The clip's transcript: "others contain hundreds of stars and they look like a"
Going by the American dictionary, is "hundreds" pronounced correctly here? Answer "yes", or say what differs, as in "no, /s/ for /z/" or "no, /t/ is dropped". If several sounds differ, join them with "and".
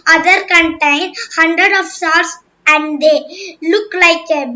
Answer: no, /z/ is dropped